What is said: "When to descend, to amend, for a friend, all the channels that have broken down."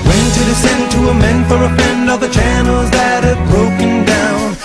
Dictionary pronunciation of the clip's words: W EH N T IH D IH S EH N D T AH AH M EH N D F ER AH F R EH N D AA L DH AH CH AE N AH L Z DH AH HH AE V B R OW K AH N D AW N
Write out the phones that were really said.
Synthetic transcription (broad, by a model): W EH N T IH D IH S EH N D T AH AH M EH N D F ER AH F EH N D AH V DH AH CH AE N L Z DH AH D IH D B R OW K AH N D AW N